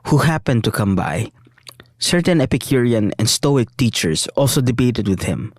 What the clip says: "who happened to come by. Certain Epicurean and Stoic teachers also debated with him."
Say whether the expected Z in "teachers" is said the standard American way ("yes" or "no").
no